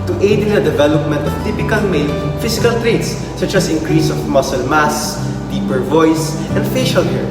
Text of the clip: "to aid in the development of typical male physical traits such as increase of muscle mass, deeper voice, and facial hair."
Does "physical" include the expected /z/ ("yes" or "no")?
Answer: no